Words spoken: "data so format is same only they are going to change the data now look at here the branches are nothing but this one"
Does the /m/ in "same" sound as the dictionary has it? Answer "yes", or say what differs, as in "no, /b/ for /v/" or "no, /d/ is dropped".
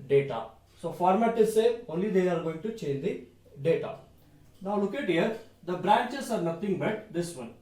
no, /m/ is dropped